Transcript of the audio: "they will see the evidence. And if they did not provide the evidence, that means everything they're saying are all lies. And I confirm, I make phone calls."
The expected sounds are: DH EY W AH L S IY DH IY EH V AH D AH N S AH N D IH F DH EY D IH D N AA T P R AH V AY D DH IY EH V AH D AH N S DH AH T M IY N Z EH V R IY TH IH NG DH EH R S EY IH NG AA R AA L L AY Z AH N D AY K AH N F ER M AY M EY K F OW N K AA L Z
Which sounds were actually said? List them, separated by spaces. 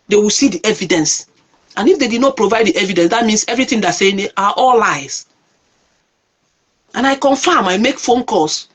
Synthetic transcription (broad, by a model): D EY W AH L S IY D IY EH V AH D AH N S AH N IH F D EY D IH D N AA T P R AH V AY D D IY EH V AH D AH N S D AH T M IY N S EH V R IY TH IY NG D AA S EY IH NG AA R AA L L AY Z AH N AY K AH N F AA M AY M EY K F OW N K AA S